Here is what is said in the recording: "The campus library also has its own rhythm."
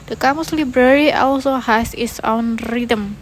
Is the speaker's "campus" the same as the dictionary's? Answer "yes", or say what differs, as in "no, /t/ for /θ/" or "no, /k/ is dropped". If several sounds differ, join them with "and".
no, /p/ is dropped